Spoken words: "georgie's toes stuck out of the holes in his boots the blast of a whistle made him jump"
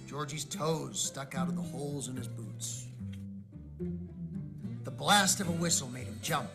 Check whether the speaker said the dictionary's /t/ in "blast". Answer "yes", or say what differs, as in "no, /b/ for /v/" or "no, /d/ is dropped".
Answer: yes